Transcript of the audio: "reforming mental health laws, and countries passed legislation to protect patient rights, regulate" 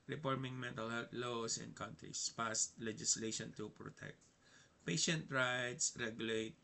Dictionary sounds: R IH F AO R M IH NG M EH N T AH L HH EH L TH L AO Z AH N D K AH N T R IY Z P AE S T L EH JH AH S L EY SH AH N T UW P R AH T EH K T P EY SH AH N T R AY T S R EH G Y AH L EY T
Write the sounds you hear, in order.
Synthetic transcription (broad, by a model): R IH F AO R M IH NG M EH N T AH L HH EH L T L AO S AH N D K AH N T R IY S P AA S T L EH JH AH S L EY SH AH N T UW P R AH T EH K T P EY SH AH N T R AY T S R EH G Y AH L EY T